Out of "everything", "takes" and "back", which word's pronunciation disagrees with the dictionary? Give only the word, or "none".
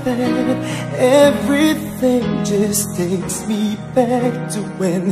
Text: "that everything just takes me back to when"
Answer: none